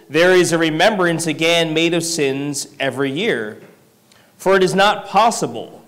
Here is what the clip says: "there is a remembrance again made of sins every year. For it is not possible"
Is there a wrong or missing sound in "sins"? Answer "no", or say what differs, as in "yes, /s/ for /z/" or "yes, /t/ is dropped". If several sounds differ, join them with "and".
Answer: no